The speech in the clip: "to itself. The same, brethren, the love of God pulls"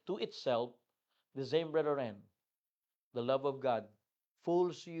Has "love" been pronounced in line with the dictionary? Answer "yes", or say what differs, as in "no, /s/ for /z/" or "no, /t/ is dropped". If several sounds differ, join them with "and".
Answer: yes